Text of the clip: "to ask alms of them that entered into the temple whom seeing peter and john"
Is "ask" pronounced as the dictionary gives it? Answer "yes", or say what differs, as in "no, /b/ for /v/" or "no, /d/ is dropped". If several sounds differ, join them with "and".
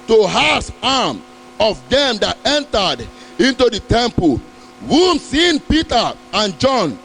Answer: no, /k/ is dropped